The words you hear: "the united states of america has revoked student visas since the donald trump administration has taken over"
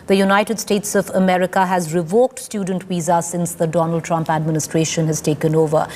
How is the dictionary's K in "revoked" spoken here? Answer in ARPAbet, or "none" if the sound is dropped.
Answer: K